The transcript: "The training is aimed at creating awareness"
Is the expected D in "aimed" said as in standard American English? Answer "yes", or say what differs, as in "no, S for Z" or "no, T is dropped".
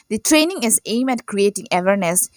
no, D is dropped